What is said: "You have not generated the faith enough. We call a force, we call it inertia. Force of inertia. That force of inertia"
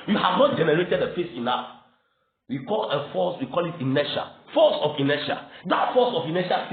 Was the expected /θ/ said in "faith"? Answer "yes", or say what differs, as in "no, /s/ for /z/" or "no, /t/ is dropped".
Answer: no, /s/ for /θ/